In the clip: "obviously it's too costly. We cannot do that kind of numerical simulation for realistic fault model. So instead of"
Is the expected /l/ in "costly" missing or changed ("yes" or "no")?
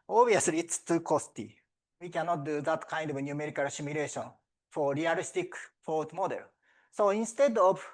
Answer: yes